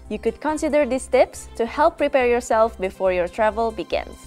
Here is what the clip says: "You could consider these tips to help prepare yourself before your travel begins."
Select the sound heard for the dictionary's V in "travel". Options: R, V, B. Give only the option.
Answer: V